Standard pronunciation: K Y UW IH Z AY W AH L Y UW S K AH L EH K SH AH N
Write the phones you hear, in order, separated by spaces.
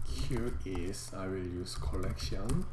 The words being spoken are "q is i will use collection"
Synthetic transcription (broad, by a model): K Y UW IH S AY W AH L Y UW S K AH L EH K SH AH N